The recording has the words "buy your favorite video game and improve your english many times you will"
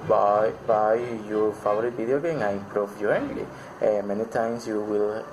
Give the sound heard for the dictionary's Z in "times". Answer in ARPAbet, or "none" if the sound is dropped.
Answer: S